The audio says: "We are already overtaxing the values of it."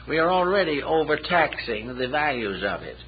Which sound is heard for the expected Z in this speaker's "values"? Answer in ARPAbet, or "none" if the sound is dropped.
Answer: Z